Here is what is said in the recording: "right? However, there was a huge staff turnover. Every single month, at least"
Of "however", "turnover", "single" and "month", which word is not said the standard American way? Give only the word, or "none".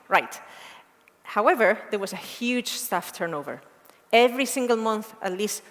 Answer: none